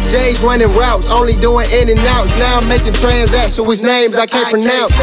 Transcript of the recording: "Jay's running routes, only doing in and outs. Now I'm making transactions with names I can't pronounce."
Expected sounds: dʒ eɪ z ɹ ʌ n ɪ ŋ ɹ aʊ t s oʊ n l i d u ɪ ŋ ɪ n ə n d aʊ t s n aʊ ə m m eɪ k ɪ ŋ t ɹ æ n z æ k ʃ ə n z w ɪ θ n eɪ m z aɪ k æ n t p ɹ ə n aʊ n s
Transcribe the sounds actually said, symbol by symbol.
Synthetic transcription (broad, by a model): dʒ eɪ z w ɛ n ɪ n ɹ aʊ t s oʊ n l i d u ɪ ŋ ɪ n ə n aʊ t s n aʊ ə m m eɪ k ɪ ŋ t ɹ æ n z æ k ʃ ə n w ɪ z n eɪ m z aɪ k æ n p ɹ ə n aʊ n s